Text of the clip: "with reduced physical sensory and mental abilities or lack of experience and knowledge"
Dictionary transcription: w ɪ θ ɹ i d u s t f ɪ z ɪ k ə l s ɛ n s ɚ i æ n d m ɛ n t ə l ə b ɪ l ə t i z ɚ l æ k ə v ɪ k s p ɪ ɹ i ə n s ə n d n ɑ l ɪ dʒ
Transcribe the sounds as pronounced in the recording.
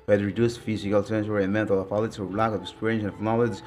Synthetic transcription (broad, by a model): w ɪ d ɹ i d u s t f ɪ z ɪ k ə l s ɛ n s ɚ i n m ɛ n t ə l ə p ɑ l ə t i ɚ l æ k ə v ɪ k s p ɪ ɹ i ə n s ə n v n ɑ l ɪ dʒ